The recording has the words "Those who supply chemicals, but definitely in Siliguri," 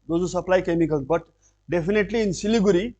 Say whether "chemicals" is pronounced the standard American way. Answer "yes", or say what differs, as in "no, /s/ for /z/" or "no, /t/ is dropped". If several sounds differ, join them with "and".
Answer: no, /z/ is dropped